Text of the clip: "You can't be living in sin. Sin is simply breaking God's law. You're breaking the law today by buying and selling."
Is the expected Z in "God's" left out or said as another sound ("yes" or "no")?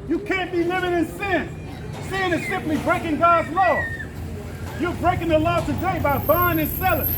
no